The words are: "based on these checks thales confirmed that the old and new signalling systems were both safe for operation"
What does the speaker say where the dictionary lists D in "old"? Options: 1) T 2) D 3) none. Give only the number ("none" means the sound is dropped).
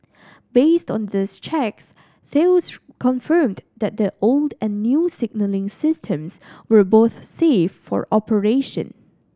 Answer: 2